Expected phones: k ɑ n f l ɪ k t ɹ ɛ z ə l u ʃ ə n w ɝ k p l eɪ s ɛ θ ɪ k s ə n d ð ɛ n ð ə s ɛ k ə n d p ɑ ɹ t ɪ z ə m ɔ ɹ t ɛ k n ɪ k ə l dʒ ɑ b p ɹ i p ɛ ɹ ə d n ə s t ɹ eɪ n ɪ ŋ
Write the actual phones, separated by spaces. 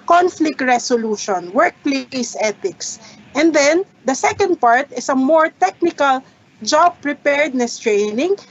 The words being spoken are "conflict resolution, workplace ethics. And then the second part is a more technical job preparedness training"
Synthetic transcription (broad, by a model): k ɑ n f l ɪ k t ɹ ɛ s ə l u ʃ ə n w ɝ k p l eɪ s ɛ t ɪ k s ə n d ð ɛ n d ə s ɛ k ə n d p ɑ ɹ t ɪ s ə m ɔ ɹ t ɛ k n ɪ k ə l dʒ ɑ b p ɹ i p ɛ ɹ d n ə s t ɹ eɪ n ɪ ŋ